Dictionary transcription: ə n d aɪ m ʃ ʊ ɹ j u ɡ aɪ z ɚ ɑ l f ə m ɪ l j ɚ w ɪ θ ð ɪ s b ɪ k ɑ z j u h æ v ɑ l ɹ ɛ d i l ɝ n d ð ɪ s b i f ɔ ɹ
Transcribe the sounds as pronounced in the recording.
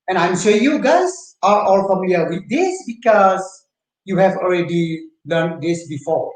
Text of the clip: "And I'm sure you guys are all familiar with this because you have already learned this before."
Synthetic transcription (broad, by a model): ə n aɪ m s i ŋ j u ɡ aɪ s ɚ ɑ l f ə m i l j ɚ w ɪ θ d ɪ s b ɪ k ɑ s j u h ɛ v ɑ l ɹ ɛ d i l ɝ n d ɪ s b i f ɔ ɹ